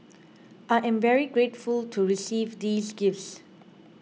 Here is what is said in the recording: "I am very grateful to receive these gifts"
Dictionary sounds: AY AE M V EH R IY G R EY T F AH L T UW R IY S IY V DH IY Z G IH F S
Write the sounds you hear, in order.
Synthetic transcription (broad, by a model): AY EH M V EH R IY G R EY T F AH L T UW R IY S IY V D IY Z G IH F S